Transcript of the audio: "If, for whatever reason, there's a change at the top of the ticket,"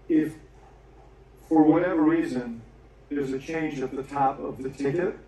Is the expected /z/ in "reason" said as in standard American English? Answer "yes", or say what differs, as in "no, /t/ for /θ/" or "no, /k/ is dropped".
yes